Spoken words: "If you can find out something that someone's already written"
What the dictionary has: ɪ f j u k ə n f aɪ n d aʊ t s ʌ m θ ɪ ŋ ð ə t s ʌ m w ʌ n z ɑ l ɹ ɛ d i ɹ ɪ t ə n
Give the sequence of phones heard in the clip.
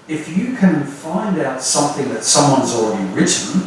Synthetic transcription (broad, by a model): ɪ f j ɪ k ə n f aɪ n d aʊ t s ʌ m θ ɪ ŋ ð ə t s ʌ m w ʌ n z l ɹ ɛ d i ɹ ɪ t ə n